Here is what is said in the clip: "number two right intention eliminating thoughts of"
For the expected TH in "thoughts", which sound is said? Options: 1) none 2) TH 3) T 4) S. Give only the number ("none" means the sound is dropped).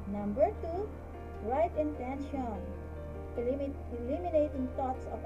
3